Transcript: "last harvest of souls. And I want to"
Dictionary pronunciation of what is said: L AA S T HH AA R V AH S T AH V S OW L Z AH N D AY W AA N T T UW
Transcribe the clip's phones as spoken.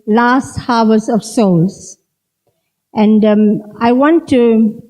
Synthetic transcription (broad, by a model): L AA S T HH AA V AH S AH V S OW L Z AH N D AY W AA N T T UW